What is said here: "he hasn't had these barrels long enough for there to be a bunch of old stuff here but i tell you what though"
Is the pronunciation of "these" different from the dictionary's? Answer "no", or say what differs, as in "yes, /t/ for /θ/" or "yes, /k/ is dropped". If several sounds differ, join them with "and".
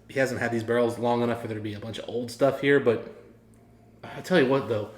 no